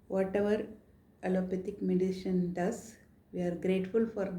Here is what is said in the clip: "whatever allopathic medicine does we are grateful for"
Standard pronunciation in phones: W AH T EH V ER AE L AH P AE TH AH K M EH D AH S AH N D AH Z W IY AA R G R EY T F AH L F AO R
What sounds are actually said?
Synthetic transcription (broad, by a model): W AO T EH V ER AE L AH P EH T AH K M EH D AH SH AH N D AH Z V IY AA R G R EY T F AH L F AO R